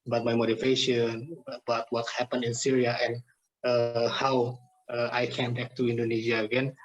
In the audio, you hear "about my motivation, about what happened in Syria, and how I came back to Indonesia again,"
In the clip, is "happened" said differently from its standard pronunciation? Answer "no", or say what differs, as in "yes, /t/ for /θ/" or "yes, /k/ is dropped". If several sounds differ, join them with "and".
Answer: yes, /d/ is dropped